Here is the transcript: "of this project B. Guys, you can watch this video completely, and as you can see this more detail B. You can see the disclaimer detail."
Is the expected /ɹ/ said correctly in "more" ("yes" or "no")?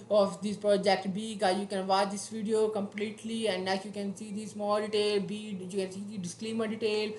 no